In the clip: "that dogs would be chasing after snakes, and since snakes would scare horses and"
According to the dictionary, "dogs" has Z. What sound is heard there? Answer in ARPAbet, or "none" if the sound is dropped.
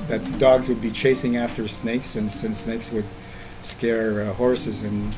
Z